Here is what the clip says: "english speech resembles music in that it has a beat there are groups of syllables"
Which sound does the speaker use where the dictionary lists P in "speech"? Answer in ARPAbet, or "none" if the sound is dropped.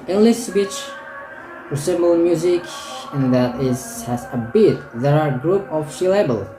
B